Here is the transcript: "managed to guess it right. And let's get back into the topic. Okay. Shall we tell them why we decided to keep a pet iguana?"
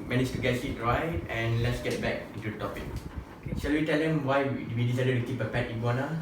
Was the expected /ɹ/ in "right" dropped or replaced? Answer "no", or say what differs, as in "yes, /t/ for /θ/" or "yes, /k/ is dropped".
no